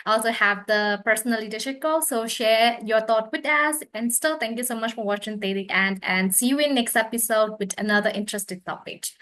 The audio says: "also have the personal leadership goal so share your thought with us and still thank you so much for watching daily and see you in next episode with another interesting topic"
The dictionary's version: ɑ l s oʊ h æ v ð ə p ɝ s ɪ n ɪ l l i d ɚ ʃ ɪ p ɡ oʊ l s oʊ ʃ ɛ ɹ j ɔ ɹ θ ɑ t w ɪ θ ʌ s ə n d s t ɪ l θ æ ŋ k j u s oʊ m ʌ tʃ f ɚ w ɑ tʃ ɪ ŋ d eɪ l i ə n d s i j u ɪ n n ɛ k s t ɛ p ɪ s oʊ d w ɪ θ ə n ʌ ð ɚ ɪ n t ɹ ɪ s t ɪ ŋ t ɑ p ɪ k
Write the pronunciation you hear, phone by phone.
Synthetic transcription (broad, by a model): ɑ l s oʊ h æ v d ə p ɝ s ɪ n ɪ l l i d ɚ ʃ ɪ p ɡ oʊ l s oʊ ʃ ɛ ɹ j ɔ ɹ t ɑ t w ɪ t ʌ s ə n d s t ɪ l t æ ŋ k j u s oʊ m ʌ tʃ f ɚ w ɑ tʃ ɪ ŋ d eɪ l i ə n d s i j u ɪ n n ɛ k s t ɛ p ɪ s oʊ d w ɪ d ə n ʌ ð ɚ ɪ n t ɹ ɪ s t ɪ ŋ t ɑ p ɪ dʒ